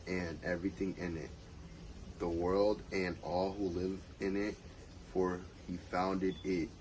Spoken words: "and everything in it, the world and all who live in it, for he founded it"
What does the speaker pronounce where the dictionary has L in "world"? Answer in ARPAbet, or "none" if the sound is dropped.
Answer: L